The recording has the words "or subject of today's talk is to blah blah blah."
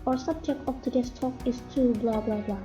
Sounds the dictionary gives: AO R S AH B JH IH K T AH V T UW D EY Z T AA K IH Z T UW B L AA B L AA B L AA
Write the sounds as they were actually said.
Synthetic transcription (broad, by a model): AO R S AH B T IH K AH P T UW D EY S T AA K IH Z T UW B L AA B L AA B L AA